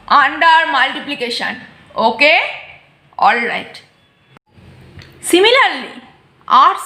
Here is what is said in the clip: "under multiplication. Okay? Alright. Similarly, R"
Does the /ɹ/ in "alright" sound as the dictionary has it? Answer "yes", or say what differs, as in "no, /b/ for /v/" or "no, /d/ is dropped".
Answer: yes